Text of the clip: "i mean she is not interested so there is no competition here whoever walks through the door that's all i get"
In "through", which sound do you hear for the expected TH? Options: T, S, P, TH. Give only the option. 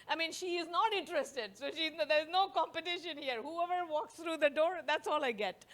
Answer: T